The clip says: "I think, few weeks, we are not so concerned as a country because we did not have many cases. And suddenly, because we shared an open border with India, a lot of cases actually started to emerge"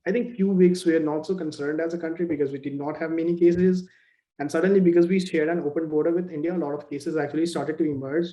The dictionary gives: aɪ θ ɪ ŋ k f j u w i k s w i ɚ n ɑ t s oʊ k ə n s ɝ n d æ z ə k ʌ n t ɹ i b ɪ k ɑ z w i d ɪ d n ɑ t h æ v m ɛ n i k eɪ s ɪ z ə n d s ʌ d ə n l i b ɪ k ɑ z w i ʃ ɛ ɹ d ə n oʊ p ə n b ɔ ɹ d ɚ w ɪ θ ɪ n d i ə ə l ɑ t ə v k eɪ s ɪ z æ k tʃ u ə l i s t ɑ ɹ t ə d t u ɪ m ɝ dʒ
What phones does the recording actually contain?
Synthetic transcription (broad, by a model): aɪ t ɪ ŋ k f j u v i k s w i ɚ n ɑ t s oʊ k ə n s ɝ n d æ z ə k ʌ n t ɹ i b ɪ k ɑ z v i d ɪ d n ɑ t h æ v m ɛ n i k eɪ s ɪ z ə n d s ʌ d ə n l i b ɪ k ɑ z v i ʃ ɛ ɹ d ə n oʊ p ə n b ɔ ɹ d ɚ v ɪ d ɪ n d i ə ə l ɑ t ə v k eɪ s ɪ z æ k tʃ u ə l i s t ɑ ɹ t ə d t u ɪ m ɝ dʒ